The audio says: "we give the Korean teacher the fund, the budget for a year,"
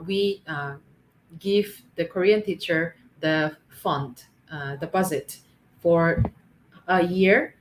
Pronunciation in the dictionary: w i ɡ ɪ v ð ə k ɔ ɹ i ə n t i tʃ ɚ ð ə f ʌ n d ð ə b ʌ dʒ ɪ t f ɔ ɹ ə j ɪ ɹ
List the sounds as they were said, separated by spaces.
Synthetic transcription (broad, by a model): w i ɡ ɪ v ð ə k ɔ ɹ i ə n t i tʃ ɚ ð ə f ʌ n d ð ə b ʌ z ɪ t f ɔ ɹ ə j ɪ ɹ